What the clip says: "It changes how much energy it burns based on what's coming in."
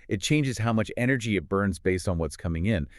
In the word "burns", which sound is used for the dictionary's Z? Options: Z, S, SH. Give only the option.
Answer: Z